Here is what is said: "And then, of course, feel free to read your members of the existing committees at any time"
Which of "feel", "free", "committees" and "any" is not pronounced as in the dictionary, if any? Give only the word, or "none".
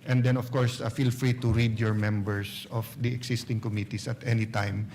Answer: committees